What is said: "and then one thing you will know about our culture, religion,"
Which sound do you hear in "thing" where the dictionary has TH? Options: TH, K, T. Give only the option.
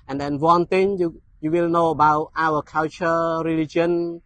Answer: T